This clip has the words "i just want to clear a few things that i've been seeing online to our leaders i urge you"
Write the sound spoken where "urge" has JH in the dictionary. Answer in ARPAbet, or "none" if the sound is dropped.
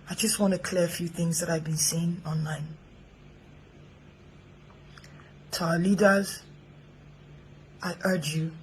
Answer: JH